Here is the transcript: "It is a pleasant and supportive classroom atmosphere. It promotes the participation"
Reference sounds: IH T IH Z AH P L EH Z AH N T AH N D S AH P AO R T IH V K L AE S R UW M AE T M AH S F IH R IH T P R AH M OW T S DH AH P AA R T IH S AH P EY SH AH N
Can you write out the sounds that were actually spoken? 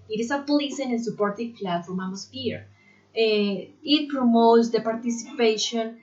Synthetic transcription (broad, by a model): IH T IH S AH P L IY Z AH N AH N S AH P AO R T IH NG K L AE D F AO M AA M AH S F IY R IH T P R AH M OW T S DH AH P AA R T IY S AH P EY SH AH N